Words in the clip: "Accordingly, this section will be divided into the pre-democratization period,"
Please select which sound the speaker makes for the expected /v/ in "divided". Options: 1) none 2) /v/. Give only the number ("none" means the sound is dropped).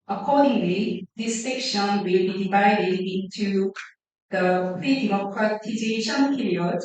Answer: 2